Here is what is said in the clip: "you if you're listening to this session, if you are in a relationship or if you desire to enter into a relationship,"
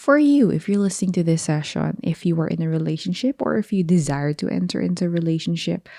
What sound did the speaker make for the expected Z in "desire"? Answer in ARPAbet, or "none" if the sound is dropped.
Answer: Z